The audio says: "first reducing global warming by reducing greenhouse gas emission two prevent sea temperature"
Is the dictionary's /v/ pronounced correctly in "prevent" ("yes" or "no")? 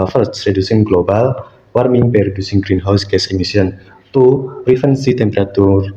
no